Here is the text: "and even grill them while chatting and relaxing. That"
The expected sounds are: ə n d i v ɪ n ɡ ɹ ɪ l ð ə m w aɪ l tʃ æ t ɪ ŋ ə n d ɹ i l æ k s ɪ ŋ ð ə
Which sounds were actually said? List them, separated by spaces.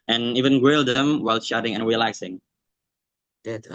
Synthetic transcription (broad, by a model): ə n i v ɪ n ɡ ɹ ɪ l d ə m w aɪ l ʃ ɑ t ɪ ŋ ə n ɹ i l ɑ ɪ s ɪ ŋ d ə